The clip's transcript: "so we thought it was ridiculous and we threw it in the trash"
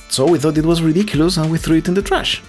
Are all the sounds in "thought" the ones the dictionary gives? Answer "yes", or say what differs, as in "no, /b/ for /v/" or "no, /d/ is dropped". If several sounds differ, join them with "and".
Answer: yes